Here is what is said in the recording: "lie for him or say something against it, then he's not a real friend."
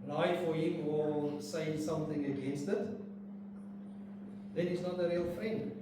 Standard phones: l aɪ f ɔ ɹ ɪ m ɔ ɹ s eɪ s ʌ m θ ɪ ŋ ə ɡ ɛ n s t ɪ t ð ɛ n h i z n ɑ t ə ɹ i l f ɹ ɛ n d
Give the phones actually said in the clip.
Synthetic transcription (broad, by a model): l aɪ f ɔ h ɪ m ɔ l s eɪ s ʌ m θ ɪ ŋ ə ɡ ɛ n s t ɪ t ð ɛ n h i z n ɑ t ə ɹ i l f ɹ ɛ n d